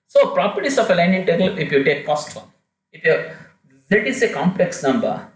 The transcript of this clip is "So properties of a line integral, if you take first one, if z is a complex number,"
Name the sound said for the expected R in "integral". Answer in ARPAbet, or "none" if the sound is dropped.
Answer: none